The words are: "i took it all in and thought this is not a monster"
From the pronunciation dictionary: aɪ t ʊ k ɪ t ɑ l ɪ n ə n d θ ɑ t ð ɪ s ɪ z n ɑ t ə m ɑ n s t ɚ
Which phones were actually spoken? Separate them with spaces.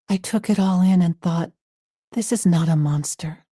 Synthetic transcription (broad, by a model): aɪ t ʊ k ɪ t ɑ l ɪ n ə n θ ɑ t ð ɪ s ɪ z n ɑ t ə m ɑ n s t ɚ